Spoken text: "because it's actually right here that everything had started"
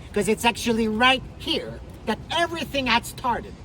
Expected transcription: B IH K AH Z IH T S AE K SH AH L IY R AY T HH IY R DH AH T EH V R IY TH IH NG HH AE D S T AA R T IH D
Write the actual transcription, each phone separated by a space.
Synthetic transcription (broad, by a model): K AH Z IH T S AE K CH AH L IY R AY T HH IY R DH AH T EH V R IY TH IH NG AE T S T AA R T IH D